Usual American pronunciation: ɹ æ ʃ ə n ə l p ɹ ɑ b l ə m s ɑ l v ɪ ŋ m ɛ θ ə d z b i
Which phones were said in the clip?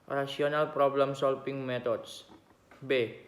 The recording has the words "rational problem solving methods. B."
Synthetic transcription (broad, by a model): ɹ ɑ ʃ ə n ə l p ɹ ɑ b l ə m s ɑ l f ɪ ŋ m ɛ t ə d s b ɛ